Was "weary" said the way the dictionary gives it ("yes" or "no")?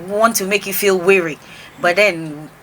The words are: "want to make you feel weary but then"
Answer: yes